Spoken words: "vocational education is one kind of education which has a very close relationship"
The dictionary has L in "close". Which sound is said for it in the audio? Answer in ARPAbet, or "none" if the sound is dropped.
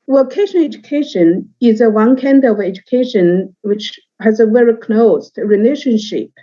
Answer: N